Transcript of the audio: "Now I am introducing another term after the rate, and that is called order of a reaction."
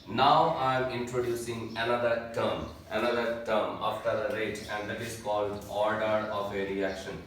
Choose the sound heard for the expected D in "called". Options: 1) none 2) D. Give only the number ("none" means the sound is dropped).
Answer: 2